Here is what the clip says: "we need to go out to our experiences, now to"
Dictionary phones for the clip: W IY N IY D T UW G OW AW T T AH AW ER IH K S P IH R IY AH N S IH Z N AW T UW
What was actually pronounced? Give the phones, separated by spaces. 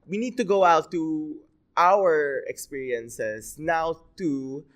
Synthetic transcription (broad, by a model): W IY N IY D T UW G OW AW T T AW ER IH K S P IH R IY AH N S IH S N AW T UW